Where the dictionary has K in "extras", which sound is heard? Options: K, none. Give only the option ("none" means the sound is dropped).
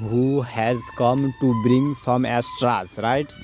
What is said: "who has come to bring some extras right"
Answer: none